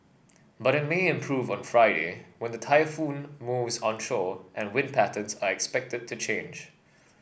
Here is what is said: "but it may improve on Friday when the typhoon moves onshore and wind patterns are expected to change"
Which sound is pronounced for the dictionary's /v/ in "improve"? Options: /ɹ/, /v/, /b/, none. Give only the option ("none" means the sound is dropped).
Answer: /v/